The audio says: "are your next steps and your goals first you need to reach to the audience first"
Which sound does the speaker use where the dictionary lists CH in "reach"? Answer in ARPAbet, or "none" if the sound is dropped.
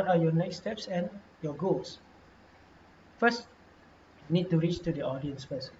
CH